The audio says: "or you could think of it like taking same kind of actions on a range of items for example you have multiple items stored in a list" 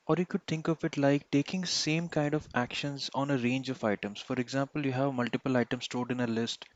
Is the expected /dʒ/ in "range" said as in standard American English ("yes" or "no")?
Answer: yes